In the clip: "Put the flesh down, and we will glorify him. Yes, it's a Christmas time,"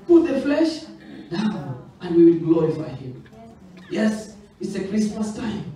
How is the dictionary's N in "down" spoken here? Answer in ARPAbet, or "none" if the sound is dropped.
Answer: none